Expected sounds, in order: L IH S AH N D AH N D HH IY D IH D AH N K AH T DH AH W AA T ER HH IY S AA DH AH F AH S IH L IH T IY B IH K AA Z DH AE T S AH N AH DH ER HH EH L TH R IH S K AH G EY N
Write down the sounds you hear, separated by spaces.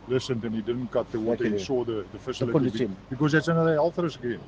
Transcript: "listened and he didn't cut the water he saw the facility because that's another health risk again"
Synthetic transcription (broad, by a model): L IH S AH N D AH N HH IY D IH D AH N K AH T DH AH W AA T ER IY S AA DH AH F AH S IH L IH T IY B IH K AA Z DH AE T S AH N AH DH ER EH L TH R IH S AH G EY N